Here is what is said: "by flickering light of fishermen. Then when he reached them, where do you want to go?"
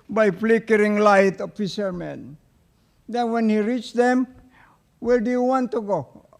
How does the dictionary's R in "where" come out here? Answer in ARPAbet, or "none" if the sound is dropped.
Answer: L